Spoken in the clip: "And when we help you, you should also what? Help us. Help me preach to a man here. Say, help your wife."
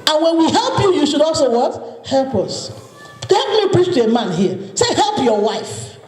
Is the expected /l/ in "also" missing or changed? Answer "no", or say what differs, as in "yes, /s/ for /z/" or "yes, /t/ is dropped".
no